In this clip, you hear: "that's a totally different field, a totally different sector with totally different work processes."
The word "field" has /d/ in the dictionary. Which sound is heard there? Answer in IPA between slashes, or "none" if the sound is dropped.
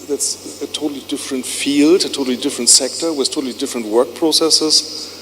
/d/